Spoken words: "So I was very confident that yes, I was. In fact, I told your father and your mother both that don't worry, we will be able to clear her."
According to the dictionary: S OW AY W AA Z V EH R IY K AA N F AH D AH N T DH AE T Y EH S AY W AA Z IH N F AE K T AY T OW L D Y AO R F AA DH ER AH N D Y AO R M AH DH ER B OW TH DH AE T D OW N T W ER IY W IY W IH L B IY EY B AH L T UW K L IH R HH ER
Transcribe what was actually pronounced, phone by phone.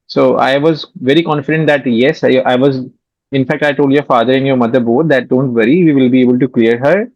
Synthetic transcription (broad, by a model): S OW AY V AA Z V EH R IY K AA N F AH D AH N T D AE T Y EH S AY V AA Z IH N F AE K T AY T OW L D Y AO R F AA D ER AH N D Y AO R M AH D ER B OW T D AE T D OW N T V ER IY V IY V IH L B IY EY B AH L T UW K L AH R HH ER